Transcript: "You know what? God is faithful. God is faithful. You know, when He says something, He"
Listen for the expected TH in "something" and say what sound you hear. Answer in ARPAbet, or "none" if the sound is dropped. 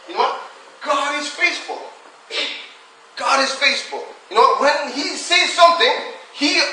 TH